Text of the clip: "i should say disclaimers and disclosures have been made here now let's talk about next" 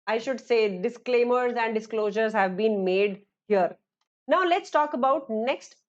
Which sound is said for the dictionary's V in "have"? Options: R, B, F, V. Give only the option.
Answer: V